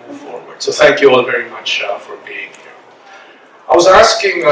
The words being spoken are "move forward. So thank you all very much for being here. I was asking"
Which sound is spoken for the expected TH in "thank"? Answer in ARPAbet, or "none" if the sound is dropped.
TH